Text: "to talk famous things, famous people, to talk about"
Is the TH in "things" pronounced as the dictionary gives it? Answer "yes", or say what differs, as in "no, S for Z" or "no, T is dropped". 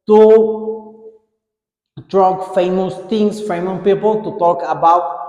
no, T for TH